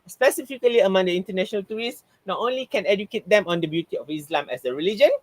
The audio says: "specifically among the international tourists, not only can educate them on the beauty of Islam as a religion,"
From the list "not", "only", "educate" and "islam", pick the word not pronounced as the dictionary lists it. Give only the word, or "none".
none